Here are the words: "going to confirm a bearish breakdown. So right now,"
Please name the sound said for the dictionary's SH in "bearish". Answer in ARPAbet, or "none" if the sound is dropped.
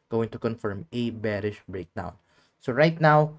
SH